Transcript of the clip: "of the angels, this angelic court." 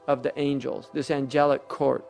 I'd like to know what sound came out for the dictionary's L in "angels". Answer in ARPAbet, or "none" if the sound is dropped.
L